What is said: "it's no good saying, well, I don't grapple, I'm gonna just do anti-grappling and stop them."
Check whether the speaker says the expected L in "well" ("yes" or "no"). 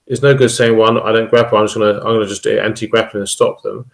no